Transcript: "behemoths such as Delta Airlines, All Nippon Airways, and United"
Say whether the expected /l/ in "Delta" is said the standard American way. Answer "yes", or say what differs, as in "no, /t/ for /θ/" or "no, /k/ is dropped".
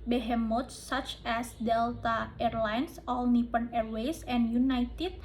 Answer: yes